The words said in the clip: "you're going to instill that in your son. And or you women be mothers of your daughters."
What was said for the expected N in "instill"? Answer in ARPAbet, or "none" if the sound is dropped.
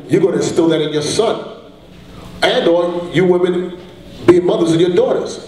none